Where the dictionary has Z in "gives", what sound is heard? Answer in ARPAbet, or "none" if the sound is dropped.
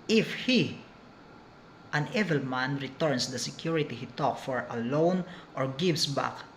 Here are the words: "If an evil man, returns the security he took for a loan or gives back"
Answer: S